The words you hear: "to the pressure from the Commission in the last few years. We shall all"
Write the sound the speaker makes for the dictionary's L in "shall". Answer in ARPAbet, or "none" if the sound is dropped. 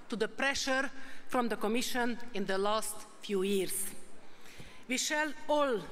L